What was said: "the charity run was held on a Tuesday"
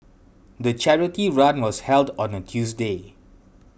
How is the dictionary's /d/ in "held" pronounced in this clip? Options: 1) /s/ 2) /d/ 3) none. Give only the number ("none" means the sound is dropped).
2